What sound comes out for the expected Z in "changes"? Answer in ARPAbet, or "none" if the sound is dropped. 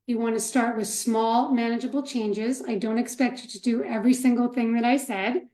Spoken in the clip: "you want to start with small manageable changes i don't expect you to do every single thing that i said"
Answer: Z